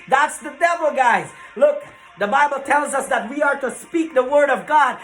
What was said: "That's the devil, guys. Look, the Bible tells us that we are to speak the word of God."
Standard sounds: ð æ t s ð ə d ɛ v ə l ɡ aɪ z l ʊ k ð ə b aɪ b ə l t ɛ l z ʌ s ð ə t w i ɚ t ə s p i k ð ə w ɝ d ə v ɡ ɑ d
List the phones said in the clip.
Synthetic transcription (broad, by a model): ð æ t s ð ə d ɛ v l ɡ aɪ z l ʊ k ð ə b aɪ b l t ɛ l z ʌ s ð ə t w i ɚ t ə s p i k ð ə w ɝ d ə v ɡ ɑ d